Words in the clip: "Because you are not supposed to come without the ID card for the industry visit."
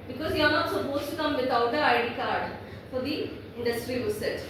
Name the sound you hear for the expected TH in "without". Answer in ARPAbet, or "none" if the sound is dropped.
T